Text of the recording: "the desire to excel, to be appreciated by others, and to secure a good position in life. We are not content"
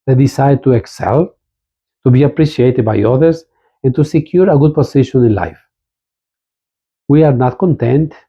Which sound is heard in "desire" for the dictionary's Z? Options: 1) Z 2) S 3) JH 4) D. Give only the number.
2